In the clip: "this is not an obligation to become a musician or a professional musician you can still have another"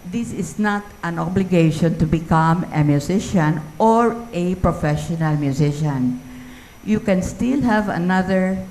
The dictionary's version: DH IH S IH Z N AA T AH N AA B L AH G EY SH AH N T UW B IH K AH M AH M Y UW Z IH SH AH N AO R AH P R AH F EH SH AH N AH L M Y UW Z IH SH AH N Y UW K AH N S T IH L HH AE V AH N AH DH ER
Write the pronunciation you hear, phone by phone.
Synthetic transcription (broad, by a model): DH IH S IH S N AA T AH N AA B L AH G EY SH AH N T UW B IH K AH M AH M Y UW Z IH SH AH N AO R AH P R AH F EH SH AH N AH L M Y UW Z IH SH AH N Y UW K AH N S T IH L HH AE V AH N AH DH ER